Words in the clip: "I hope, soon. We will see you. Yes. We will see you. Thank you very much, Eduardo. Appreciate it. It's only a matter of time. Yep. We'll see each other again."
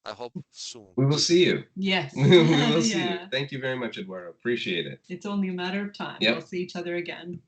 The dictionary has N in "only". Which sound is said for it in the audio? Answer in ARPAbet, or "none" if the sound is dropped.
N